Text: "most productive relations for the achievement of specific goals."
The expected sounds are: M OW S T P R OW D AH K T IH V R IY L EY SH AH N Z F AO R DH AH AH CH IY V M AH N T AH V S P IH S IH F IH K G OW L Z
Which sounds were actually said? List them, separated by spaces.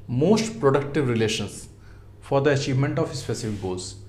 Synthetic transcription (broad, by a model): M OW S T P R OW D AH K T IH V R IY L EY SH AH N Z F AO R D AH AH CH IY V M AH N T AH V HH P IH S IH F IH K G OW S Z